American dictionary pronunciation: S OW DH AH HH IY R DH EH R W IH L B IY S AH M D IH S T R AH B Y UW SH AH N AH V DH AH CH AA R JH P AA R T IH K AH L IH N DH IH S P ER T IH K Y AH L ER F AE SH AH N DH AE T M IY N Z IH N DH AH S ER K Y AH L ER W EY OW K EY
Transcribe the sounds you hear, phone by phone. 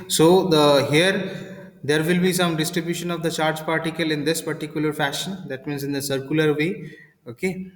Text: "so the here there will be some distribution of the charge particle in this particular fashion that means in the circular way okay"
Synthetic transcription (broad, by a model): S OW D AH HH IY R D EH R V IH L B IY S AH M D IH S T R AH B Y UW SH AH N AH V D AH CH AA R JH P AA R T IH K AH L IH N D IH S P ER T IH K Y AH L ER F AE SH AH N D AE T M IY N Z IH N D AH S ER K Y AH L ER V EY OW K EY